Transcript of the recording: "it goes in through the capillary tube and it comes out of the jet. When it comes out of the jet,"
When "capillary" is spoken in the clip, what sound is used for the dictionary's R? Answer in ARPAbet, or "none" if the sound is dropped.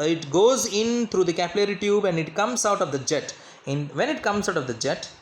R